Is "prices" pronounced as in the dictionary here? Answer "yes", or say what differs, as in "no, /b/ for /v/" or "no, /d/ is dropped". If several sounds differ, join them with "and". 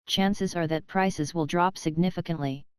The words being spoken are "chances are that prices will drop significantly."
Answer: yes